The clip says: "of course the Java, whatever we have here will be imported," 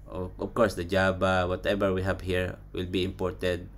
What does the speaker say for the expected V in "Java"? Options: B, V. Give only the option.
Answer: B